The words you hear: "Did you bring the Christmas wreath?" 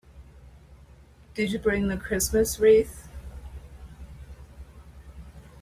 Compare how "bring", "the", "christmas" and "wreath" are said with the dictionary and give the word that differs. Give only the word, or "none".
none